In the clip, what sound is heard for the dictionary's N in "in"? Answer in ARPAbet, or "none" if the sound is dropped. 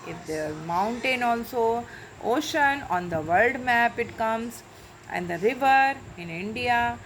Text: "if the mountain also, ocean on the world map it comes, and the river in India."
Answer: N